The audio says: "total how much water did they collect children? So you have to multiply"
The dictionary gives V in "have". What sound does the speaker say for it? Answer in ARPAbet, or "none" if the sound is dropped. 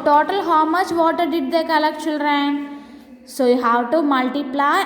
W